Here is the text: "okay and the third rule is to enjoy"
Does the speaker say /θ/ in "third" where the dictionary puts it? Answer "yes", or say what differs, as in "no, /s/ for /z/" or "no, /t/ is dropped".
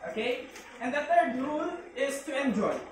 no, /t/ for /θ/